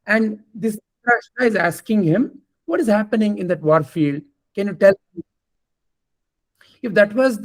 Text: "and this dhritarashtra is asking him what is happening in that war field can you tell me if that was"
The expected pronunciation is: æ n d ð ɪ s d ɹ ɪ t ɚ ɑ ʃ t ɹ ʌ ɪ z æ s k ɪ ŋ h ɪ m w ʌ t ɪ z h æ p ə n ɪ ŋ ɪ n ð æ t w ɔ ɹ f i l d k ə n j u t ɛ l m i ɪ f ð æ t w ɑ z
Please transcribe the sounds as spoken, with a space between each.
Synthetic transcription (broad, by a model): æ n d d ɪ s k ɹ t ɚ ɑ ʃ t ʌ ɪ z æ s k ɪ ŋ h ɪ m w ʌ t ɪ z h æ p ə n ɪ ŋ ɪ n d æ t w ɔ ɹ f i l d k ə n j u t ɛ l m ɪ f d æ t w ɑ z